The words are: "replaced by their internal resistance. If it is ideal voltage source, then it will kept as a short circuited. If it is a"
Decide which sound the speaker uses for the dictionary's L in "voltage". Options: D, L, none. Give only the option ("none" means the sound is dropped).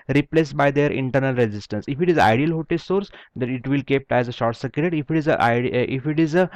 none